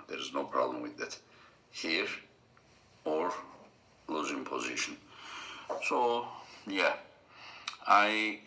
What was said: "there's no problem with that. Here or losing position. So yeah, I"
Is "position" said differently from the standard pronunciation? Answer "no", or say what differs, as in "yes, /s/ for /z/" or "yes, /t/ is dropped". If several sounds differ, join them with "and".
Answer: no